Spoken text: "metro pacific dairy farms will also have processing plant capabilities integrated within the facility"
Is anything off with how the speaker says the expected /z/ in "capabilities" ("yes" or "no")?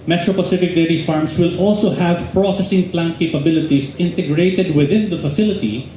yes